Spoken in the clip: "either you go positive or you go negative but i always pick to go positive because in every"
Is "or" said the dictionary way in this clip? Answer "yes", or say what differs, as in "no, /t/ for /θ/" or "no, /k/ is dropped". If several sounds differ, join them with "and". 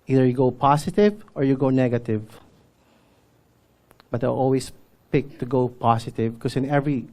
yes